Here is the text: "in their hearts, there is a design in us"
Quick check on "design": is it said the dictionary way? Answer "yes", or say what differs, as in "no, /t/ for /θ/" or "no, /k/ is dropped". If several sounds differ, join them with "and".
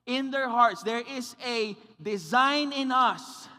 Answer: yes